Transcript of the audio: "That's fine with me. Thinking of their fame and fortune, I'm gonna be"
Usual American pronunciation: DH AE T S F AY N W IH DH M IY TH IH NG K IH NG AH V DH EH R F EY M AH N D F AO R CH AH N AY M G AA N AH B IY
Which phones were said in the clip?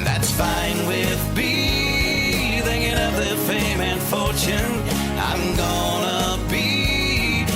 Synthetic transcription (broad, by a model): DH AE T S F AY N W IH DH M IY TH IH NG K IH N AH V DH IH F EY M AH N F AO R CH AH N AY M G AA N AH B IY